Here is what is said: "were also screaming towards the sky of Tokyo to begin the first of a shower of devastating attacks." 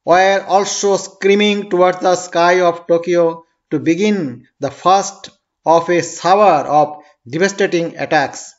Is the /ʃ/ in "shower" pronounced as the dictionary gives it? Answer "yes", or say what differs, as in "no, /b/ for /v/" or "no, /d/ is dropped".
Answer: no, /s/ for /ʃ/